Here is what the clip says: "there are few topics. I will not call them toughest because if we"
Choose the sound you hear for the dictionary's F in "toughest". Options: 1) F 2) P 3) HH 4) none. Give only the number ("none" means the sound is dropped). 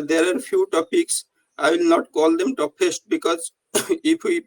2